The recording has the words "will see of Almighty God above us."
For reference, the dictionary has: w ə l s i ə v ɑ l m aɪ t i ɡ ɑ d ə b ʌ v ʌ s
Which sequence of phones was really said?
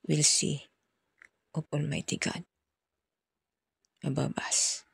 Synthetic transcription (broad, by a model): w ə l s i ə p ɑ l m aɪ t i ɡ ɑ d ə b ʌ b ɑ s